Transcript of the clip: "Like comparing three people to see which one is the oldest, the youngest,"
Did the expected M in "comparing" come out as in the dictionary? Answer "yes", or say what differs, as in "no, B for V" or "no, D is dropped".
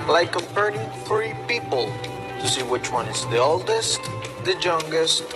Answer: no, M is dropped